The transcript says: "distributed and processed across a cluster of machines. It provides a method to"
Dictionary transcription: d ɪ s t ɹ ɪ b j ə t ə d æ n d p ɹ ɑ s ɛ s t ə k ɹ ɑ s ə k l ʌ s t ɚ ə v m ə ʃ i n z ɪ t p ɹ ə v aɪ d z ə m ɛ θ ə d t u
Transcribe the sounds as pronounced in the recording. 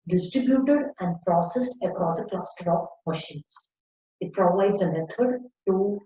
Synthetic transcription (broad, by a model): d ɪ s t ɹ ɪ b j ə t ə d æ n d p ɹ ɑ s ɛ s t ə k ɹ ɑ s ə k l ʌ s t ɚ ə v m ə ʃ i n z ɪ t p ɹ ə v aɪ d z ə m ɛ t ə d t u